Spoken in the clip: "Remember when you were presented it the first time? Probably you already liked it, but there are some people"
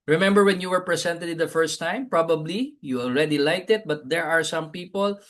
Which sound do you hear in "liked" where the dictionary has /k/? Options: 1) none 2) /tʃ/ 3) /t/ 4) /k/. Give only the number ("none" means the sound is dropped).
1